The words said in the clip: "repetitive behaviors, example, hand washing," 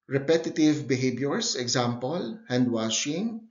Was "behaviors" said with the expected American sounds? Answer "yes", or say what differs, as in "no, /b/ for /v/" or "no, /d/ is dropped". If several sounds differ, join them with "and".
no, /b/ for /v/ and /s/ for /z/